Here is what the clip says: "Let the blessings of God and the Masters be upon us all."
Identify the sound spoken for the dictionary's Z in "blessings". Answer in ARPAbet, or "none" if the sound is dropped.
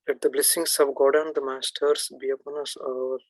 S